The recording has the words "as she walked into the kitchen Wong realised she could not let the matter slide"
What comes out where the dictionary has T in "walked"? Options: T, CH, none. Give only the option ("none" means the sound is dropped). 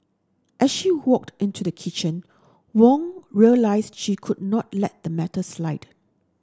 T